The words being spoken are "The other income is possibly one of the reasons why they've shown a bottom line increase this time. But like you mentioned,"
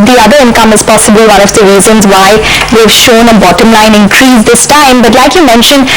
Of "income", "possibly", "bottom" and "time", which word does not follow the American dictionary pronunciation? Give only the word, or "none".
possibly